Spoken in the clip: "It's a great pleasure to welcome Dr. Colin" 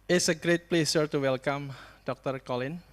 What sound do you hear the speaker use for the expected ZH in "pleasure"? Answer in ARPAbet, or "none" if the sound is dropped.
S